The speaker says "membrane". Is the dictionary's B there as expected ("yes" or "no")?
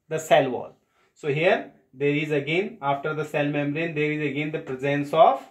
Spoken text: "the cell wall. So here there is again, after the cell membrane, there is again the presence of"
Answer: no